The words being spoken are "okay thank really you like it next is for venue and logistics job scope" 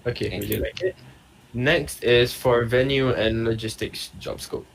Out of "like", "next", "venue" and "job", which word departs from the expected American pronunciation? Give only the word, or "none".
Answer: none